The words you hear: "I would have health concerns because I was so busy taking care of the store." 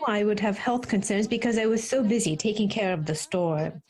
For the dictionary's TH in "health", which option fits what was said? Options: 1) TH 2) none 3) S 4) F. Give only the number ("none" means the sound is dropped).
1